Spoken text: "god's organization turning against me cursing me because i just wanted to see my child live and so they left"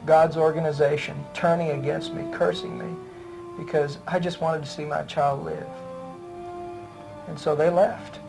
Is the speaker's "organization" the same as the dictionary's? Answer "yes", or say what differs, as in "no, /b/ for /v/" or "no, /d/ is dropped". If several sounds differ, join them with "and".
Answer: yes